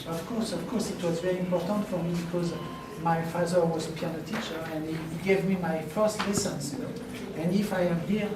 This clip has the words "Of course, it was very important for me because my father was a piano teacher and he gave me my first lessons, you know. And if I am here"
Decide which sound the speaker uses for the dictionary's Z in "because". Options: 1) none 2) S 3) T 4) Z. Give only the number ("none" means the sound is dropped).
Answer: 4